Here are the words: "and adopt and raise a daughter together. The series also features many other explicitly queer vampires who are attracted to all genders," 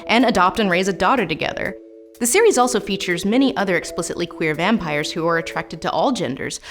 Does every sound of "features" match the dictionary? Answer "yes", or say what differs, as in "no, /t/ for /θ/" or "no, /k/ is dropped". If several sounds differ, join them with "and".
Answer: yes